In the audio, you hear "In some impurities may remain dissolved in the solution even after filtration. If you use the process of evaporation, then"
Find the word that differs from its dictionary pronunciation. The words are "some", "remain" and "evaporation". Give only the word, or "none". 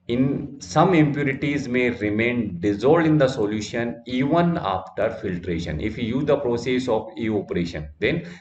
evaporation